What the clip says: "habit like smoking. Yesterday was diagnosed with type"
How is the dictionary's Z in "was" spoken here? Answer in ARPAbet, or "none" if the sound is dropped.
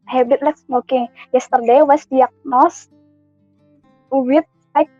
S